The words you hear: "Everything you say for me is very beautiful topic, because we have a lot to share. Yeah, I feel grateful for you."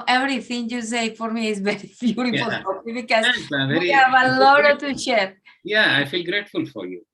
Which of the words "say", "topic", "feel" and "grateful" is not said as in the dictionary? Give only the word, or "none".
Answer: topic